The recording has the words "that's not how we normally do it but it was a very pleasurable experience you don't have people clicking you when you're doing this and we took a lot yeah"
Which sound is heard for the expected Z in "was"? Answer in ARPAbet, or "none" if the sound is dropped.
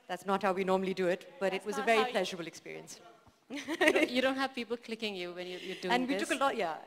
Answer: Z